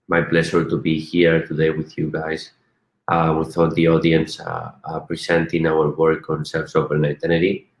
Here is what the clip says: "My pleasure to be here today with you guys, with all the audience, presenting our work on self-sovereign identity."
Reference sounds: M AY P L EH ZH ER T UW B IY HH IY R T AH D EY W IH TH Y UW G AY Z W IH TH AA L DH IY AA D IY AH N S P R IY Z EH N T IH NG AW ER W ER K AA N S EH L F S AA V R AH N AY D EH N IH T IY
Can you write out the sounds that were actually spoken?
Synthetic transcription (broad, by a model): M AY P L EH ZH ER T UW B IY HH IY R T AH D EY W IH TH Y UW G AY S W IH TH AA L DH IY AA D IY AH N S P R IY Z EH N T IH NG AW ER W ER K AA N S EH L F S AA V AH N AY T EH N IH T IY